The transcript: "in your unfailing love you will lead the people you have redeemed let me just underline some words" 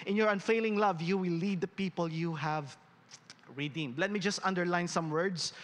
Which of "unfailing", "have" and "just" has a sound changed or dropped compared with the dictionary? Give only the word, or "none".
none